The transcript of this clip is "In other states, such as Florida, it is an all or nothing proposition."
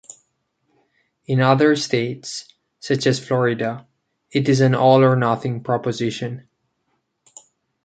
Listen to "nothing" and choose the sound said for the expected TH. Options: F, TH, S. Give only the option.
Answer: TH